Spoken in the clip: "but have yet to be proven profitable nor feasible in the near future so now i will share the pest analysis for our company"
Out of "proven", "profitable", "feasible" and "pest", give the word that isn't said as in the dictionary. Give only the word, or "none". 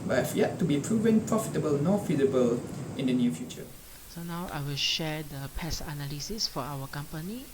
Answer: pest